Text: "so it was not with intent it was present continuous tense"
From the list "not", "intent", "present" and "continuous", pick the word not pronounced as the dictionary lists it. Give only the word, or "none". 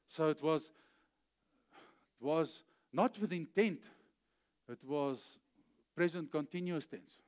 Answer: none